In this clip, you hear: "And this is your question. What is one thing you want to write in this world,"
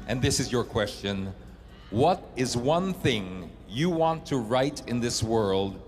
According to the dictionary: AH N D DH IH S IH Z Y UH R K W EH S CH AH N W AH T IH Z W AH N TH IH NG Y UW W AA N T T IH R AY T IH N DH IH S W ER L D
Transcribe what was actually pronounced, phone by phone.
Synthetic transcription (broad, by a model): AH N DH IH S IH Z Y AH R K W EH S CH AH N W AH T IH Z W AH N TH IH NG Y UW W AA N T T IH R AY T IH N DH IH S W ER L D